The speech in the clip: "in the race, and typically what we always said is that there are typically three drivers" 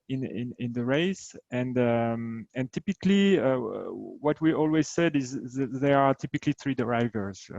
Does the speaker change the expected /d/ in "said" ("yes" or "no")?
no